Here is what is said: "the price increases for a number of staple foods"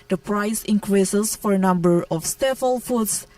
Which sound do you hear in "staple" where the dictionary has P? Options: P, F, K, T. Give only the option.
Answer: F